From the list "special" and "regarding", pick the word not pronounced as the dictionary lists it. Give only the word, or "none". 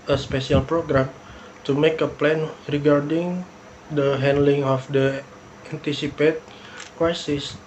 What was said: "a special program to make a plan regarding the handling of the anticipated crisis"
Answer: special